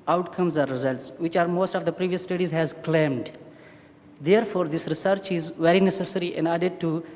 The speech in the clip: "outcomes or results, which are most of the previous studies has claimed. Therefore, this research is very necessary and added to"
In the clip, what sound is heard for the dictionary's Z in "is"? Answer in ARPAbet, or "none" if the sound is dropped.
Z